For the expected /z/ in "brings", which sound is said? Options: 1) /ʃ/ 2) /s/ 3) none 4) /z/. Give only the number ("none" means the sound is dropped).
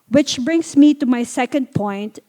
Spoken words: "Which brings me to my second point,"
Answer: 2